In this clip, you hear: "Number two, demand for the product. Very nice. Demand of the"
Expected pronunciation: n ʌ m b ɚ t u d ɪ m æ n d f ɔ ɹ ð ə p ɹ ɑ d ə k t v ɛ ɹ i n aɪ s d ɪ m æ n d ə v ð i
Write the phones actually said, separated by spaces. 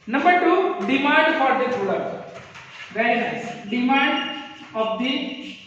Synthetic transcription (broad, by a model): n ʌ m b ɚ t u d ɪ m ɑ n d f ɔ ɹ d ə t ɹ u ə t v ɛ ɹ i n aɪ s d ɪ m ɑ n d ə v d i